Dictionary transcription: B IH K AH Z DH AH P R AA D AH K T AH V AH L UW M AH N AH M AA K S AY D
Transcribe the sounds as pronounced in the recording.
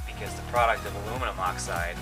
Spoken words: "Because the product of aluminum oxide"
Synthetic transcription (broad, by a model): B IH K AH Z DH AH P R AA D AH K T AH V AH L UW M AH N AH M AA K S AY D